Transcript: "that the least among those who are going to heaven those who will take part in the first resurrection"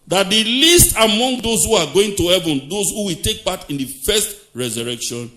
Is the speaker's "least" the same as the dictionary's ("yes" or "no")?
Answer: yes